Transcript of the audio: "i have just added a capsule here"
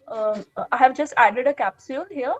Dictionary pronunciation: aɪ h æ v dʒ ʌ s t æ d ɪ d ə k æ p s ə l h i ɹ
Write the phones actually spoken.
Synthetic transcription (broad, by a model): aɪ h æ v dʒ ʌ s t æ d ɪ d ə k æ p s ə n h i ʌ